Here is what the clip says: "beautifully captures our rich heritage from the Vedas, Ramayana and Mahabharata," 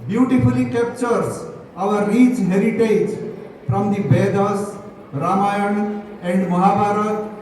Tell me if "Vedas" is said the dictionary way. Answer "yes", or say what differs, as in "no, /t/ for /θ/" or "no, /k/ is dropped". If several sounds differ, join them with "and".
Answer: no, /b/ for /v/ and /s/ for /z/